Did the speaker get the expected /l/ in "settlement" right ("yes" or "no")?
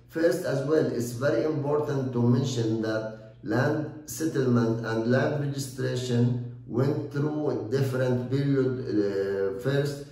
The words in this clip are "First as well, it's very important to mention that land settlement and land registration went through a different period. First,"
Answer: yes